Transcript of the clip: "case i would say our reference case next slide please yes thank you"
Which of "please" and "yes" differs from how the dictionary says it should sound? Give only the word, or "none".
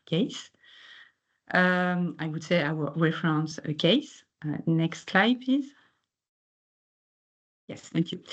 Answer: please